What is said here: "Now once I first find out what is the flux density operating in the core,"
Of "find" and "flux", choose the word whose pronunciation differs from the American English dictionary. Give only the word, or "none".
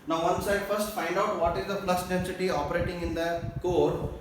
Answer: flux